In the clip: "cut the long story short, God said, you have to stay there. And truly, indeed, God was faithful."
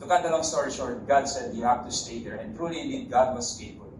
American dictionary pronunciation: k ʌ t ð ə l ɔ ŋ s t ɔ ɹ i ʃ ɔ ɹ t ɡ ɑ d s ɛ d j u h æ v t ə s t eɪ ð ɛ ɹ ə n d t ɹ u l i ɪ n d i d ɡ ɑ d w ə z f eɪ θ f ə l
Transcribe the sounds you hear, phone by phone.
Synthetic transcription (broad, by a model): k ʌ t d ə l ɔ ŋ s t ɔ ɹ i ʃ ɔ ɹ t ɡ ɑ d s ɛ d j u h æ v t ə s t eɪ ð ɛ ɹ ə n t ɹ u l i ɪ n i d ɡ ɑ d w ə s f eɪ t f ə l